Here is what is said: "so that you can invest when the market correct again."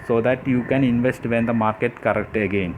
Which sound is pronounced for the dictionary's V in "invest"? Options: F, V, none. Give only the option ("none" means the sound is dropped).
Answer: V